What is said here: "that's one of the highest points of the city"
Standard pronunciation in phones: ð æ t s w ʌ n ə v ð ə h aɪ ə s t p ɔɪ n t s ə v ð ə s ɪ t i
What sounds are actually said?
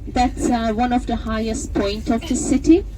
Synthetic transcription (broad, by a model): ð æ t s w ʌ n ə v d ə h aɪ ə s t p ɔɪ n t ə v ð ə s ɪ t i